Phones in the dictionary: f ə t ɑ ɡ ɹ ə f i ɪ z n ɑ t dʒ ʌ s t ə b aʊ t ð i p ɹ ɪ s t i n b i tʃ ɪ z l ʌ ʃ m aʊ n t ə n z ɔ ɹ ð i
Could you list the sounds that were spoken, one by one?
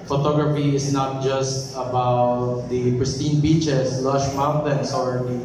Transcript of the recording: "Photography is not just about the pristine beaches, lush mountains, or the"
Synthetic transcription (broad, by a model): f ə t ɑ ɡ ɹ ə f i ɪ s n ɑ t dʒ ʌ s t ə b aʊ t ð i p ɹ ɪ s t i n b i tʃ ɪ s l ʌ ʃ m aʊ n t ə n s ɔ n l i